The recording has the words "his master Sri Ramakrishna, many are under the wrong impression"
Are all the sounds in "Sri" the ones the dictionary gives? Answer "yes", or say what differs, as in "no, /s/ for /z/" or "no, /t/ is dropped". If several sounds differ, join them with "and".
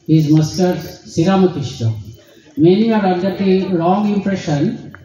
no, /ɹ/ is dropped